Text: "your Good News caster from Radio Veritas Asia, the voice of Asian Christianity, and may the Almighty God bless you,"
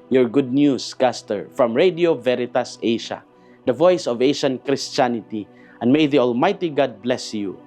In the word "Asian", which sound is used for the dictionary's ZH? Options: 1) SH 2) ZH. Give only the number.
1